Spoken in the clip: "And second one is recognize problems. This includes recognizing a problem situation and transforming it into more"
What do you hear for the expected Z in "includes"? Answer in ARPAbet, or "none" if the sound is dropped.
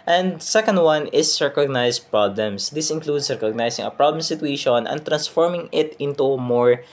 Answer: S